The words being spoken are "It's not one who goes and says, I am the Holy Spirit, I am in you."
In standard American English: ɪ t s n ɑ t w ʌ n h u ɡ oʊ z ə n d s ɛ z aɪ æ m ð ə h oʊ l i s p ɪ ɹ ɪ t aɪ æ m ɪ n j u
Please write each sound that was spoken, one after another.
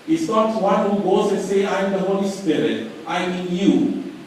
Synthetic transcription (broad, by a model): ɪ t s n ɑ t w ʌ n h u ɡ oʊ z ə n s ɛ aɪ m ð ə h oʊ l i s p ɪ ɹ ɪ t aɪ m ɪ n j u